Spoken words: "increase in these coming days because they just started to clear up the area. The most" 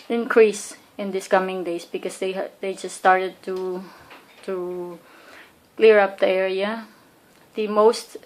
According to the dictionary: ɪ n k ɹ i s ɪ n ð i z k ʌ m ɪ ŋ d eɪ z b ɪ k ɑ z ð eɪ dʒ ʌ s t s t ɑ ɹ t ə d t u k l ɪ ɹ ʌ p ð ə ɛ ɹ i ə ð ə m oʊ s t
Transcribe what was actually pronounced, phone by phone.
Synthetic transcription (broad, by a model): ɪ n k ɹ i s ɪ n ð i s k ʌ m ɪ ŋ d eɪ s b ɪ k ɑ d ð eɪ dʒ ʌ s t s t ɑ ɹ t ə d t u k l ɪ ɹ ʌ p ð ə ɛ ɹ i ə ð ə m oʊ s t